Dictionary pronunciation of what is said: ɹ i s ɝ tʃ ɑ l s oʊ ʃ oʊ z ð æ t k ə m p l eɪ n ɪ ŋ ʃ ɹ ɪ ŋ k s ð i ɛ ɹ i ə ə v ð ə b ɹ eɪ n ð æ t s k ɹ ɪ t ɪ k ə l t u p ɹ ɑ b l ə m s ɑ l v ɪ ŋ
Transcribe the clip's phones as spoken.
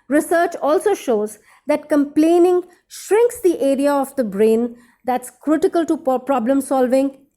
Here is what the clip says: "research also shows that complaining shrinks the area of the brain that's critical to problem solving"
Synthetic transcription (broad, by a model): ɹ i s ɝ tʃ ɑ l s oʊ ʃ oʊ z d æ t k ə m p l eɪ n ɪ ŋ ʃ ɹ ɪ ŋ k s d i ɛ ɹ i ə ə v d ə b ɹ eɪ n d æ t s k ɹ ɪ t ɪ k ə l t u p ɹ ɑ b l ə m s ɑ l v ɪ ŋ